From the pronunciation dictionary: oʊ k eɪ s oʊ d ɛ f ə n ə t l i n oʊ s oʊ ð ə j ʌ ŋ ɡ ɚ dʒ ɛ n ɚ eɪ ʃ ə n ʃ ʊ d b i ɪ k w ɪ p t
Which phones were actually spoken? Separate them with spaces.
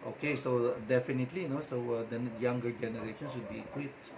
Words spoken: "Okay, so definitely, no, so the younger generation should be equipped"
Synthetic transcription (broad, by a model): oʊ k eɪ s oʊ d ɛ f ə n ə t l i n oʊ s oʊ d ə j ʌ ŋ ɡ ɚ dʒ ɛ n ɚ eɪ ʃ ə n s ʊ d b i k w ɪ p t